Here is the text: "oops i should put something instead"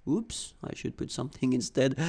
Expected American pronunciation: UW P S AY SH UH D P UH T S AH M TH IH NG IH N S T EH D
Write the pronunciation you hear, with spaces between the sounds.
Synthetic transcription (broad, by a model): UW P S AY SH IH D P UH T S AH M TH IH NG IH N S T EH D